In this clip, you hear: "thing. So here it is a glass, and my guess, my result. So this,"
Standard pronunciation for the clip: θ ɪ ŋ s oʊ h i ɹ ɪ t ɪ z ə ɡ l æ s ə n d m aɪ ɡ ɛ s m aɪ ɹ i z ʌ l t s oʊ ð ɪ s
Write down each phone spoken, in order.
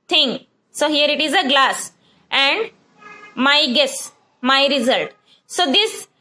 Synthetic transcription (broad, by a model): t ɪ ŋ s oʊ h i ɹ ɪ t ɪ z ə ɡ l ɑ s ə n d m aɪ ɡ ɛ s m aɪ ɹ i z ʌ l t s oʊ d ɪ s